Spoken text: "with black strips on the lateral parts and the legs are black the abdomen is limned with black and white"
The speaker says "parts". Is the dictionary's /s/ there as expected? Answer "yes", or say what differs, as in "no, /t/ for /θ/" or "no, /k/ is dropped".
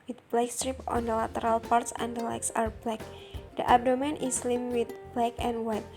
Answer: yes